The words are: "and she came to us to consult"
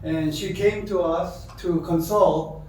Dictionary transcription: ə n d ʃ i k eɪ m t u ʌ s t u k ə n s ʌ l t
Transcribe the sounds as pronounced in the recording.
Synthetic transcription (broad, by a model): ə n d ʃ i k eɪ m t u ʌ s t u k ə n s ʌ l t